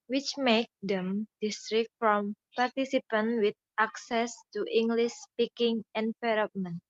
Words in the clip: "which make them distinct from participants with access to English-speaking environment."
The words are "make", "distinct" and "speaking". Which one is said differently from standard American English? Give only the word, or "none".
distinct